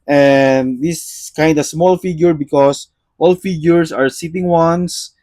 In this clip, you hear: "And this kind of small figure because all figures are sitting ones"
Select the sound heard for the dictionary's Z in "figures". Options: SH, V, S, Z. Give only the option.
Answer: S